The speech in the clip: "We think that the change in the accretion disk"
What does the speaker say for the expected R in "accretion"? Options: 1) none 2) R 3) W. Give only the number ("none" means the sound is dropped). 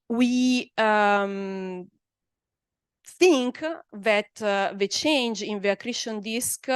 2